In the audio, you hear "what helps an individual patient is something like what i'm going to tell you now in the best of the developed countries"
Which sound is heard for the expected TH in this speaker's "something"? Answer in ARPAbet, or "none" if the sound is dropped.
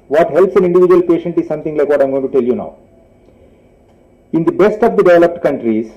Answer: T